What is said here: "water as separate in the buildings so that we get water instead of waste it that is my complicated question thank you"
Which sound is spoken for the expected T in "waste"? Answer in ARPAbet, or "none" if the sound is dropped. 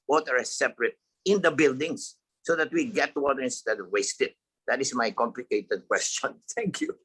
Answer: T